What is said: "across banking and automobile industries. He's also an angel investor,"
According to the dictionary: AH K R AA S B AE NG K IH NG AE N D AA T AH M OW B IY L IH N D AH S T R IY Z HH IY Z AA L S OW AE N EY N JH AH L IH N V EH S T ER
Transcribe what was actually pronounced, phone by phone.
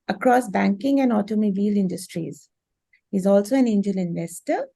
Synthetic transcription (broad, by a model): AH K R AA S B AE NG K IH NG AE N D AA T AH M OW B IY L IH N D AH S T R IY Z HH IY Z AA L S OW AE N EY N JH AH L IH N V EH S T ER